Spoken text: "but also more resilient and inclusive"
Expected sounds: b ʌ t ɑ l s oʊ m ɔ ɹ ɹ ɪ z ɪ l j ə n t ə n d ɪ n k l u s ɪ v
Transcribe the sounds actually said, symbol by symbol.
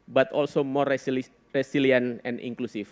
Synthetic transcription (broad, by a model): b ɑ t ɑ l s oʊ m ɔ ɹ ɹ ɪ s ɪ l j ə n ə n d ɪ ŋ k l u s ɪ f